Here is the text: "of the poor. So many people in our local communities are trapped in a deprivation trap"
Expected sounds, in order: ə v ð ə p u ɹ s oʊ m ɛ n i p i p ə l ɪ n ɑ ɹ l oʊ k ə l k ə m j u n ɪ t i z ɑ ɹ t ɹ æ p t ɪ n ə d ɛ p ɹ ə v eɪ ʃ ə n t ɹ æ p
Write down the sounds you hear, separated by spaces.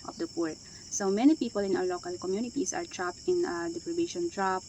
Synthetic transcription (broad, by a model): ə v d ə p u ɹ s oʊ m ɛ n i p i p ə l ɪ n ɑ w l oʊ k ə l k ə m j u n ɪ t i s ɑ ɹ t ɹ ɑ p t ɪ n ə d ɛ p ɹ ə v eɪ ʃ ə n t ɹ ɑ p